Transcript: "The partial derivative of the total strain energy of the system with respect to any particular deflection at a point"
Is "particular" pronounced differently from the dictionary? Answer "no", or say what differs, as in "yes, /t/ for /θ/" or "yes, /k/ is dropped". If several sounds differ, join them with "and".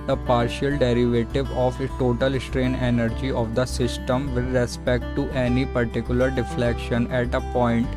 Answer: no